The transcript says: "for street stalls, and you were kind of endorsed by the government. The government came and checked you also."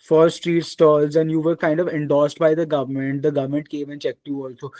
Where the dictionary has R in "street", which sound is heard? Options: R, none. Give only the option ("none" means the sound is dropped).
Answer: R